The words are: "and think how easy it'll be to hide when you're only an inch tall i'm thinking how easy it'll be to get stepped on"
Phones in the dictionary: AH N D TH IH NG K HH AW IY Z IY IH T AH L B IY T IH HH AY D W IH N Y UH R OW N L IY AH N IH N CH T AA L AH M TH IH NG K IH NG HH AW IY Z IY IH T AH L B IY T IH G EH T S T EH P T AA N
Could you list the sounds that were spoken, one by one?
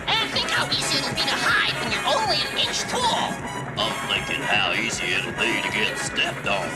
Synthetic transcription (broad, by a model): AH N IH TH IH NG K HH AW IY Z IY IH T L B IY T IH HH AY D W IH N Y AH R OW N L IY AH N IH N CH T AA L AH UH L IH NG K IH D HH AW IY Z IY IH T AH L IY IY T IH G EH T S T EH P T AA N